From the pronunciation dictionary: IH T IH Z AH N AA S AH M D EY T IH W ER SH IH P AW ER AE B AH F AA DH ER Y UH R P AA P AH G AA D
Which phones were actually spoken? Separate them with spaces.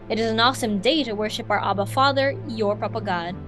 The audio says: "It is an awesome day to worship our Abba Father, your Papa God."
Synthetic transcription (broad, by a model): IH T IH Z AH N AA S AH M D EY T IH W ER SH IH P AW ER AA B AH F AA DH ER Y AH R P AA P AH G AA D